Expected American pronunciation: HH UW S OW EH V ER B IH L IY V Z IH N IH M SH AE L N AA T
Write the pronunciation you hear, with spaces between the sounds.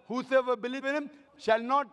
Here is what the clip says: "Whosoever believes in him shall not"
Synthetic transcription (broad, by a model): HH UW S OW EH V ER B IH L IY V IH N IH M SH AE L N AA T